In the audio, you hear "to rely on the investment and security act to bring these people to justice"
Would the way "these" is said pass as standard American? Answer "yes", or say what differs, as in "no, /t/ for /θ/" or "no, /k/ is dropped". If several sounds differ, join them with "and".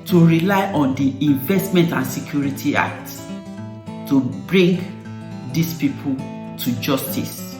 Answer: no, /s/ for /z/